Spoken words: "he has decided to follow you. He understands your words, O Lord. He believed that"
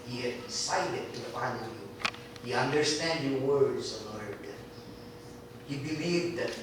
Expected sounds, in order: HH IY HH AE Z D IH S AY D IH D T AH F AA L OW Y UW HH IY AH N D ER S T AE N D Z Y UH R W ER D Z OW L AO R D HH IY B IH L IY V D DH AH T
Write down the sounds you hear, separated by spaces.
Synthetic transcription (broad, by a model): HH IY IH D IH S AY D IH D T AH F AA N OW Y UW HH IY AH N D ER S T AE N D Y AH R W ER D Z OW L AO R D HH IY B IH L IY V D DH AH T